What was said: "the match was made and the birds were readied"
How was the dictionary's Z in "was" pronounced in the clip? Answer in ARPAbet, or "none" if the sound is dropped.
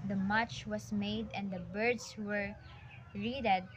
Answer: S